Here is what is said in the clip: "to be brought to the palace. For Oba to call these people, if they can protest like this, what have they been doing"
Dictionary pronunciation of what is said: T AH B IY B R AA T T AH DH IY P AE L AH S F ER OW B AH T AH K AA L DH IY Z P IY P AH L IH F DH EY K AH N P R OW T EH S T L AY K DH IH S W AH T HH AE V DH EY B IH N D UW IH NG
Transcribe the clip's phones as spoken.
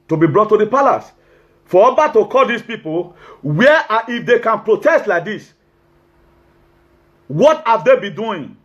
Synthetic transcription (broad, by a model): T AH B IY B R AA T T AH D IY P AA L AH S F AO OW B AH T AH K AA L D IY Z P IY P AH W IH F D EY K AH N P R OW T EH S T L AY K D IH S W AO T HH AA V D EY B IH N D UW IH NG